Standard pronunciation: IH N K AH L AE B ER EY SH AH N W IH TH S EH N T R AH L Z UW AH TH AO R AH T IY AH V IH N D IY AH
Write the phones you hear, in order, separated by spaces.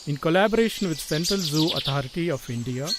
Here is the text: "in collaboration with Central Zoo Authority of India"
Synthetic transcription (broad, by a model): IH N K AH L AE B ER EY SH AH N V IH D S EH N T R AH L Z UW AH T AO R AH T IY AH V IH N D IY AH